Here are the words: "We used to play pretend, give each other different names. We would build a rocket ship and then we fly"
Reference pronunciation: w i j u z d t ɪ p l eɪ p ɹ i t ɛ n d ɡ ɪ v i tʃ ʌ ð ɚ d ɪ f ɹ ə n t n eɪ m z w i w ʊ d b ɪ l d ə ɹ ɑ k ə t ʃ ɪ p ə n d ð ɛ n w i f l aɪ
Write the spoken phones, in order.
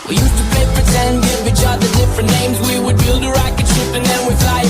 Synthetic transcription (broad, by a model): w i j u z t ɪ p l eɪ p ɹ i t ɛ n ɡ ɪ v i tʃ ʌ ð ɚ d ɪ f ɹ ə n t n eɪ m z w i w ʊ d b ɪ l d ə ɹ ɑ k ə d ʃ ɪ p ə n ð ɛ n w i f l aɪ